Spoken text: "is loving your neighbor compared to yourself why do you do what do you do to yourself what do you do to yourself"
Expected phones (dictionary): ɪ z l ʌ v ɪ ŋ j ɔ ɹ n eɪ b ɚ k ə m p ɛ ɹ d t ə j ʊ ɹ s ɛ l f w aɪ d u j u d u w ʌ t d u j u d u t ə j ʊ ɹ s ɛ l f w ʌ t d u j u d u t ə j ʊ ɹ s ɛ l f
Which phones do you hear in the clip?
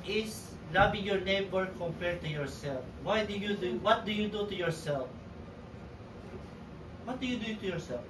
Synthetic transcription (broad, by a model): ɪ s l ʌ b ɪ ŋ j ɔ ɹ n eɪ b ɚ k ə m p ɛ ɹ d t ə j ʊ ɹ s ɛ l f w aɪ d u j u d u w ʌ t d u j u d u t ə j ʊ ɹ s ɛ l f w ʌ t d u j u d u t ə j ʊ ɹ s ɛ l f